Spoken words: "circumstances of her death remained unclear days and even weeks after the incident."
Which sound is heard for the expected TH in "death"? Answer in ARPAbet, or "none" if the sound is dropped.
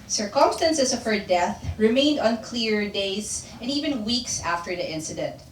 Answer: TH